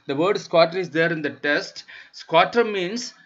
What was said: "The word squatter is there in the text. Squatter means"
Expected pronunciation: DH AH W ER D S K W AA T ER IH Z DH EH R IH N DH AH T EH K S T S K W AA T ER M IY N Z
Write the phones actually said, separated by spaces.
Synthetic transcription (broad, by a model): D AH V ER D S K W AA T ER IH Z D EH R IH N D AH T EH S T S K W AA T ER M IY N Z